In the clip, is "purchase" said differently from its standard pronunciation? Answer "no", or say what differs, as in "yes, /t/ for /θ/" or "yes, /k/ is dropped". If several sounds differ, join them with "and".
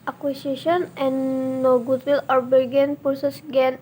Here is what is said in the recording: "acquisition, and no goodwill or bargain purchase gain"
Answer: yes, /s/ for /tʃ/